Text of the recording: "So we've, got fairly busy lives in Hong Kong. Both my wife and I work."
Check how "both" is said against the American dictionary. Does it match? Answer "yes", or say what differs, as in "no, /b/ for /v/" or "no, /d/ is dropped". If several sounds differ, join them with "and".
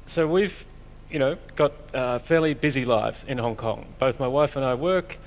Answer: yes